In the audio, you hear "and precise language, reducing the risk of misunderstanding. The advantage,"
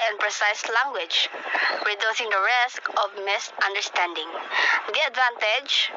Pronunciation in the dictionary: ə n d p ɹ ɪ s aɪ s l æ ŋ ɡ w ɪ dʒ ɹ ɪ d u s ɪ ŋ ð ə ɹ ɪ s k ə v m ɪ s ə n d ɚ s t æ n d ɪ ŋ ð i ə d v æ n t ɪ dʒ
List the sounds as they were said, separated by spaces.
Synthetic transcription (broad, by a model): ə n p ɹ ɪ s aɪ s l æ ŋ ɡ w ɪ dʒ ɹ ɪ d u s ɪ ŋ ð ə ɹ ɪ s k ə v m ɪ s ə n d ɚ s t æ n d ɪ ŋ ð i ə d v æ n t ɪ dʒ